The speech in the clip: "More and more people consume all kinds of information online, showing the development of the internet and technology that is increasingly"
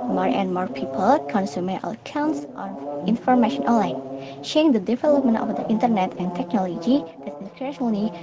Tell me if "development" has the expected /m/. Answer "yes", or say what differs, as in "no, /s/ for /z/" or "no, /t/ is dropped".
yes